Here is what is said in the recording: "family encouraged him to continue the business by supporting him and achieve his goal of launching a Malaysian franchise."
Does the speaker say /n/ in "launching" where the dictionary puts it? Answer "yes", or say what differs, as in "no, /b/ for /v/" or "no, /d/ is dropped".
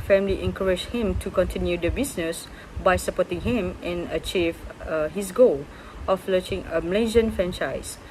no, /n/ is dropped